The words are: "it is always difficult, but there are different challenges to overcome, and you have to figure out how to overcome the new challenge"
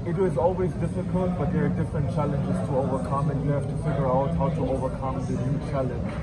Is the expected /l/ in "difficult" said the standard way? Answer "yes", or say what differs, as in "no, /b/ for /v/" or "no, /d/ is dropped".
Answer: yes